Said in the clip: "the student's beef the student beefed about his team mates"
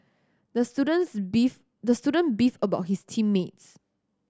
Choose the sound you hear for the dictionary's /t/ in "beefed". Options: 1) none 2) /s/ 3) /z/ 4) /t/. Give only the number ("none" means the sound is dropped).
1